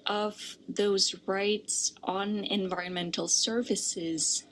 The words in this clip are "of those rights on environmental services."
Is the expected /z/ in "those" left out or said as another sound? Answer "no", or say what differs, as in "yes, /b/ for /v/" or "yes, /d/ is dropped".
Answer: no